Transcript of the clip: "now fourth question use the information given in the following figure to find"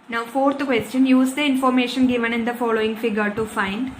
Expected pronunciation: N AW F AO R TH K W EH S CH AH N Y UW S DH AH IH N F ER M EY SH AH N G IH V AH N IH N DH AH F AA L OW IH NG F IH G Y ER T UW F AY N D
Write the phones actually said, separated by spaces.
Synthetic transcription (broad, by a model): N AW F AO R T K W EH S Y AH N Y UW S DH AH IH N F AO M EY SH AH N G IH V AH N IH N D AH F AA L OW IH NG F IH G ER T UW F AY N D